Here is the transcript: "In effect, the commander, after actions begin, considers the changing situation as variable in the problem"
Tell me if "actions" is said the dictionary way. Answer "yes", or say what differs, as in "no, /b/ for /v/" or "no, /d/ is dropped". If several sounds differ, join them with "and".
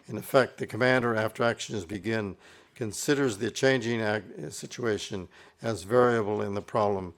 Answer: yes